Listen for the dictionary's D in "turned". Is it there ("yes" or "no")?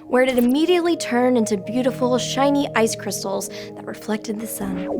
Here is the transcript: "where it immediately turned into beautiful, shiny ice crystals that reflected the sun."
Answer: no